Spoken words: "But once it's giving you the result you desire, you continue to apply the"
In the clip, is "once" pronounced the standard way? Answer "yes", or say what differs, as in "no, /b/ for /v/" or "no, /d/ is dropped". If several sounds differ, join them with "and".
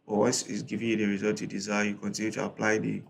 no, /n/ is dropped